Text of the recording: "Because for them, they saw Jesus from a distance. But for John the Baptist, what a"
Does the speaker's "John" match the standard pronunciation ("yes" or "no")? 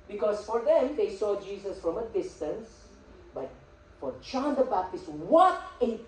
no